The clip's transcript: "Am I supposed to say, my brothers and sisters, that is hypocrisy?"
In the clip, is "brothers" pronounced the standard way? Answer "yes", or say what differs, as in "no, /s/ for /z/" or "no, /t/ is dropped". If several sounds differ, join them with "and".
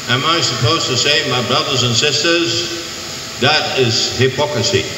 yes